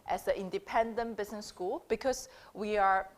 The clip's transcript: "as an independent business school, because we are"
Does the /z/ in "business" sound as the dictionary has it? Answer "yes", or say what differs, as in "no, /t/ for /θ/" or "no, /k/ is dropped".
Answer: no, /s/ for /z/